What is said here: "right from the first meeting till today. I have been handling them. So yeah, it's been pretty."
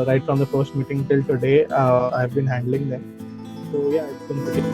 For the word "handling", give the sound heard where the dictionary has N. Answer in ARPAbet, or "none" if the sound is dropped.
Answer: N